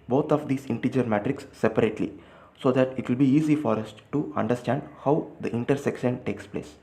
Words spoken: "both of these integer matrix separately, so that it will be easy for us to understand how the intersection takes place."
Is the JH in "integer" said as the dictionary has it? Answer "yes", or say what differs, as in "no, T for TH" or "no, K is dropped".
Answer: yes